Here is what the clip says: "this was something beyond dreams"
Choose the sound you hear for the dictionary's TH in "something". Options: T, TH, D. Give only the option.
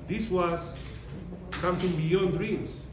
T